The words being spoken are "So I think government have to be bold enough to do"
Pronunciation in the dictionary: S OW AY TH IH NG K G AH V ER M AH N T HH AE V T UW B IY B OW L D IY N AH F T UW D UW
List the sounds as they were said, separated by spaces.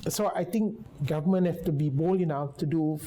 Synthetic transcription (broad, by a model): S OW AY T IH NG K G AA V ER M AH N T HH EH F T UW B IY B OW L IY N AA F T UW D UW